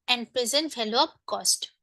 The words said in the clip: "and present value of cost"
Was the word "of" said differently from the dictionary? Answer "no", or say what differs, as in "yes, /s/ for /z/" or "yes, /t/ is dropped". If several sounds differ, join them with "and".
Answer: yes, /p/ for /v/